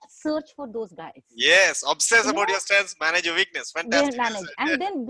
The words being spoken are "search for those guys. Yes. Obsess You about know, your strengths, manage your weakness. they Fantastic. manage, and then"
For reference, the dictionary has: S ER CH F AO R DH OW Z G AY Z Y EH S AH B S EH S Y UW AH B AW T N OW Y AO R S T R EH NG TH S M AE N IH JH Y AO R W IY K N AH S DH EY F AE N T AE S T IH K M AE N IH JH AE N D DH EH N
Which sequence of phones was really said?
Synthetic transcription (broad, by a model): S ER CH F AO R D OW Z G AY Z Y EH S AH B S EH S AH B AW T Y AO R S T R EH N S M AE N IH JH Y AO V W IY K N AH S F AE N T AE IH M AE N IH JH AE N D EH N